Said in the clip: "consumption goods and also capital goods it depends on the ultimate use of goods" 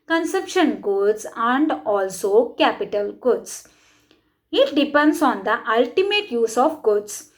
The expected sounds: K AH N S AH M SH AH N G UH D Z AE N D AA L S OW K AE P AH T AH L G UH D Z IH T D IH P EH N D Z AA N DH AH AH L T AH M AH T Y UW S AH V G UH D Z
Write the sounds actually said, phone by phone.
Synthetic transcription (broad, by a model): K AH N S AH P SH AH N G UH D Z AE N D AA L S OW K AE P AH T AH L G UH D S IH T D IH P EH N D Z AA N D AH AH L T AH M AH T Y UW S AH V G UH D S